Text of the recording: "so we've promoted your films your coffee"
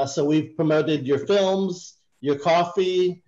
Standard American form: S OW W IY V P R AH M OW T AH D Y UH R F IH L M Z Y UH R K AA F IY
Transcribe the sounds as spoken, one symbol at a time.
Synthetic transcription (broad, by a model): S OW W IY V P R AH M OW T AH D Y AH R F IH L M Z Y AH R K AA F IY